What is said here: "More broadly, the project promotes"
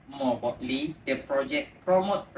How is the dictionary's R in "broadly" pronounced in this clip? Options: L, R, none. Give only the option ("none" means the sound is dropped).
none